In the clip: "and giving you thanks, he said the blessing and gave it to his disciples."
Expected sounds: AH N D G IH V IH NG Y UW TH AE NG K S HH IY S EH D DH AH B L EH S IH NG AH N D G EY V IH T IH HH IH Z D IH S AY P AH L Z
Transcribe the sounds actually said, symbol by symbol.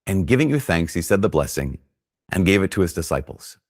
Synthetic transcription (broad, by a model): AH N G IH V IH NG Y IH TH AE NG K S HH IY S EH D DH AH B L EH S IH NG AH N G EY V IH T IH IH Z D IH S AY P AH L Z